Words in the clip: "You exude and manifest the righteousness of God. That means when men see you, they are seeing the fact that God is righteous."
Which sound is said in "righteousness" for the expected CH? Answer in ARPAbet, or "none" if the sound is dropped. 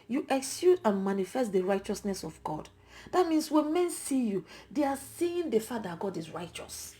CH